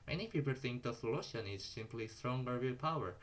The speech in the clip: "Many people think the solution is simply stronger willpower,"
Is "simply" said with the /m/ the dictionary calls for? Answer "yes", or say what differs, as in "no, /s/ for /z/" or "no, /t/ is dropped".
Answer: yes